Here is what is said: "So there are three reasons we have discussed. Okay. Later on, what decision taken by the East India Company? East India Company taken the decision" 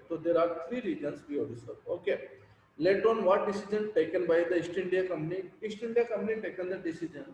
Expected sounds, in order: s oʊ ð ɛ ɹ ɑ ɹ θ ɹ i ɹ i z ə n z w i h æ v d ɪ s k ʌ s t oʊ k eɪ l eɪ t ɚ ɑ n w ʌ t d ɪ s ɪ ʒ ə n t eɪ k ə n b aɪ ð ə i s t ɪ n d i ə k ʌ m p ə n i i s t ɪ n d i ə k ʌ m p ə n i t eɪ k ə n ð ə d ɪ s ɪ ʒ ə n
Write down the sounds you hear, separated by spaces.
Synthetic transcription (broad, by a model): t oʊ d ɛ ɹ ɑ ɹ t ɹ i ɹ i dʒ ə n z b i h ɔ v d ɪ s ʌ t oʊ k eɪ l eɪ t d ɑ n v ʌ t d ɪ s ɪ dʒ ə n t eɪ k ə n b aɪ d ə i s t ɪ n d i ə k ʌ m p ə n i i s t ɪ n d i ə k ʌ m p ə n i t eɪ k ə n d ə d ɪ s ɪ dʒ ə n